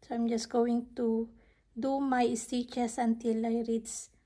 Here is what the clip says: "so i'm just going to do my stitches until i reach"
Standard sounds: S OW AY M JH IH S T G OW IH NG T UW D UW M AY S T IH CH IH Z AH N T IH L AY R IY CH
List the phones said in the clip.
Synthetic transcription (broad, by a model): S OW AY M JH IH S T G OW IH NG T UW D UW M AY S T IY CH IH S AH N T IH L AY R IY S